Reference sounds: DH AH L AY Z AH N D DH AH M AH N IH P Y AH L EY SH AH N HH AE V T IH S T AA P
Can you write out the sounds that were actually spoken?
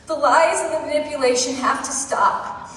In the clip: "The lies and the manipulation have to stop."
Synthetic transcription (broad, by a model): DH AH L AY Z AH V DH AH M AH N IH P Y AH L EY SH AH N HH AE F T IH S T AA P